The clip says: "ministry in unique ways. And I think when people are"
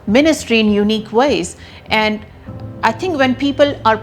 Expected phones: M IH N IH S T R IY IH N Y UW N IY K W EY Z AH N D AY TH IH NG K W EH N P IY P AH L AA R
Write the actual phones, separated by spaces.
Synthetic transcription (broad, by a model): M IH N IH S T R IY IH N Y UW N IY K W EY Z AH N D AY T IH NG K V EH N P IY P AH L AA R